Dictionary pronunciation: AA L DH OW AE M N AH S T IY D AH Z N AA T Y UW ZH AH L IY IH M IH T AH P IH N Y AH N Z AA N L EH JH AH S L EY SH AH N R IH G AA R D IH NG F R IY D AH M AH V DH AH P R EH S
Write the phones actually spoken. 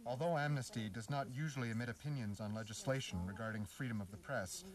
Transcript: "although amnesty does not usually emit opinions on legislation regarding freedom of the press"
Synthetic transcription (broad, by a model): AA L DH OW AE M N AH S T IY D AH Z N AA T Y UW ZH L IY IH M IH T AH P IH N Y AH N Z N L EH JH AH S L EY SH N R IH G AA R D IH NG F R IY D AH M AH V DH AH P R EH S